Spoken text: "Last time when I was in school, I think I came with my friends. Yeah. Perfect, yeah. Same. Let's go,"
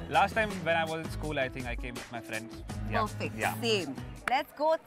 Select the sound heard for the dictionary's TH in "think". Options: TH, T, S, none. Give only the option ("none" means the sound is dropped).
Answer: T